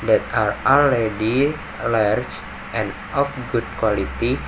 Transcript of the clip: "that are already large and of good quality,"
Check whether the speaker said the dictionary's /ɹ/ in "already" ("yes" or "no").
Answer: no